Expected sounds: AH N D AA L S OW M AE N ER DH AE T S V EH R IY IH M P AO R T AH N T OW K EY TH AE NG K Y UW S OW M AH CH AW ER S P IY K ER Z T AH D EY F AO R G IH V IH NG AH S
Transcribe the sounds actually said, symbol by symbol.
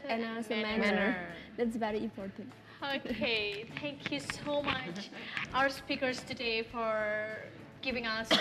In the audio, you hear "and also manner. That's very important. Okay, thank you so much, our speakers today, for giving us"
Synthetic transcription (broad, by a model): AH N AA S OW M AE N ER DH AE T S V EH R IY IH M P AO R T AH N T OW K EY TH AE NG K Y UW S OW M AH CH AW ER S P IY K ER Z T AH D EY F AO R G IH V IH NG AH S